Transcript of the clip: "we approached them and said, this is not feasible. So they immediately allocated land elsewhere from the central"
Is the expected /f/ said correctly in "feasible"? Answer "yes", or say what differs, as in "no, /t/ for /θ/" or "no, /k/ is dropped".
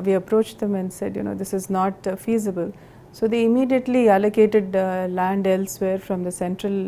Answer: yes